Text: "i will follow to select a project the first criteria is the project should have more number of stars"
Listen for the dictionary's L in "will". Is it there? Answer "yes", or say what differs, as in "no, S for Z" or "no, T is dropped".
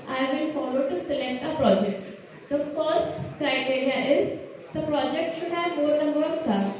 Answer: no, N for L